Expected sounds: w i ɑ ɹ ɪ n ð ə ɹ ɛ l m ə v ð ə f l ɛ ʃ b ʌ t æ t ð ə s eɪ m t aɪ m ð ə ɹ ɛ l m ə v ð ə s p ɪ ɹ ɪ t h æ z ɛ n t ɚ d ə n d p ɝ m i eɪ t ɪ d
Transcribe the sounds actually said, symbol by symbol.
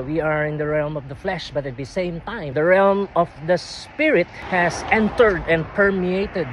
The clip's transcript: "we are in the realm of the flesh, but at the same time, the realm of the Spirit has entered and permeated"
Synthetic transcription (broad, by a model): w i ɑ ɹ ɪ n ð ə ɹ ɛ l m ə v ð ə f l ɛ ʃ b ʌ t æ t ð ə s eɪ m t aɪ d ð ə ɹ ɛ l m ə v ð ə s p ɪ ɹ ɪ t h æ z ɛ n t ɚ d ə n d p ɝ m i eɪ t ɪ d